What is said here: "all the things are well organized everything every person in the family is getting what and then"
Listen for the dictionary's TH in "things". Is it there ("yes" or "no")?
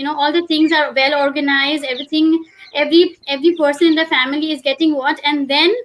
no